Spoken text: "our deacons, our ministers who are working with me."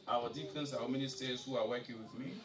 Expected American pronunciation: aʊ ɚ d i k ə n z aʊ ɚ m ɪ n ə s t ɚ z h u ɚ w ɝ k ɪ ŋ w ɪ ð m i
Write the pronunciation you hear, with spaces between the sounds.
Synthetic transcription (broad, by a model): aʊ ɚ d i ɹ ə n s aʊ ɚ m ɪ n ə s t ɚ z h u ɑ w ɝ k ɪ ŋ w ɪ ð m i